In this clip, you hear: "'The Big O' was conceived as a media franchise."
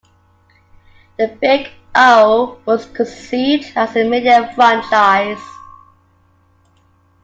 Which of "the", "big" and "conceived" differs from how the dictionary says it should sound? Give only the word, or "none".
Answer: conceived